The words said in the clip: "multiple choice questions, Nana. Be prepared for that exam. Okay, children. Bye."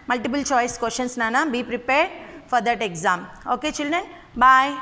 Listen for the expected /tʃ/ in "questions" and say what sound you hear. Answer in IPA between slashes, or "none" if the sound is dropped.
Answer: /ʃ/